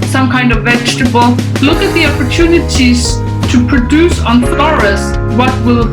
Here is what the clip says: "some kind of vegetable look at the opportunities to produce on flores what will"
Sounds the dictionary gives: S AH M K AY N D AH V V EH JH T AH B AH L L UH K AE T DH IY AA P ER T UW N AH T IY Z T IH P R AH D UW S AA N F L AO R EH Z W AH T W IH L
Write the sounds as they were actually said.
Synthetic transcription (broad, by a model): S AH M K AY N D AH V V EH JH T AH B AH L L UH K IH T DH IY AA P ER T UW N AH T IY Z T IH P R AH D UW S N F AO R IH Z W AH T W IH L